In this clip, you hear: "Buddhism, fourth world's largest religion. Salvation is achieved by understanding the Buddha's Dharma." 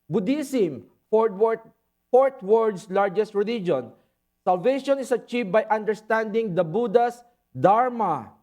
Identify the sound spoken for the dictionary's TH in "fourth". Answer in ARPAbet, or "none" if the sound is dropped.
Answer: T